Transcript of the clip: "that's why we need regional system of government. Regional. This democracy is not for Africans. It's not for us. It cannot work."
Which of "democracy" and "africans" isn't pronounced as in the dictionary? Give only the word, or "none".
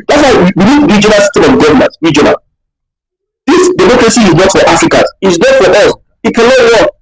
africans